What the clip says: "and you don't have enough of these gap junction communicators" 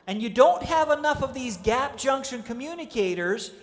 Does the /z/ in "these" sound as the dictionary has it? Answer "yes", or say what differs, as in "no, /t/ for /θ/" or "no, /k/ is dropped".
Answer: yes